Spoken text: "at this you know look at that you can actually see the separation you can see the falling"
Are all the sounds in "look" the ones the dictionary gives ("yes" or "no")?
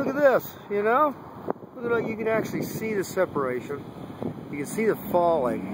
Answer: no